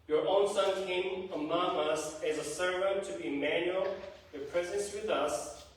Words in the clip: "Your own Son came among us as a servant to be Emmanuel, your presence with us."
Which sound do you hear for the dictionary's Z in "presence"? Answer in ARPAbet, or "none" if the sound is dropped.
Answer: Z